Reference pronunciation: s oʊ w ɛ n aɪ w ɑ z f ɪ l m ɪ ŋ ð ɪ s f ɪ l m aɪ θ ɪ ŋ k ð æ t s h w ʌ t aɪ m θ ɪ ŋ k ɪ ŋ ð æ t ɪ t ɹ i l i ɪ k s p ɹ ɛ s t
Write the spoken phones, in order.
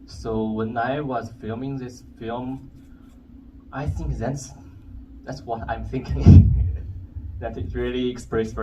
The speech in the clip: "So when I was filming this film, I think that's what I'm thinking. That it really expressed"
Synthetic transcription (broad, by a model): s oʊ w ɛ n aɪ w ɑ z f ɪ l m ɪ ŋ ð ɪ s f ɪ l m aɪ θ ɪ ŋ k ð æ t s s w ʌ t aɪ m θ ɪ ŋ k ɪ ŋ ð æ t ɪ t ɹ i l i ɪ k s p ɹ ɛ s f